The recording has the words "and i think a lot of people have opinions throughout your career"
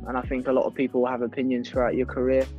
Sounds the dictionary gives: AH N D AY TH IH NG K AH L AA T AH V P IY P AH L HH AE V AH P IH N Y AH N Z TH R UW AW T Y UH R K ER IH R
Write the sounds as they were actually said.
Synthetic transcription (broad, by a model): AH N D AY TH IH NG K AH L AA T AH V P IY P AH L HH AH V AH P IH N Y AH N Z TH R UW AW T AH K ER IH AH